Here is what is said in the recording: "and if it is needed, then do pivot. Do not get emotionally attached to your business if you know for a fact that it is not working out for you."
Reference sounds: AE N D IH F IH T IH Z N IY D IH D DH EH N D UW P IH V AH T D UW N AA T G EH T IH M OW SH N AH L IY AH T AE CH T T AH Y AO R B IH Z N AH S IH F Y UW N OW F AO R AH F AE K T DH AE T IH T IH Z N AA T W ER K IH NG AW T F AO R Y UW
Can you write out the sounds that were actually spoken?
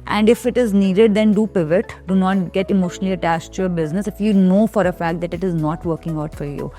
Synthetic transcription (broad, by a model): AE N D IH F IH T IH Z N IY D IH D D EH N D UW P IH V AH T D UW N AA T G EH T IH M OW SH N AH L IY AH T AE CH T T Y AO R B IH Z N AH S IH F Y UW N OW F AO R AH F AE K T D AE T IH T IH Z N AA T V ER K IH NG AW T F AO R Y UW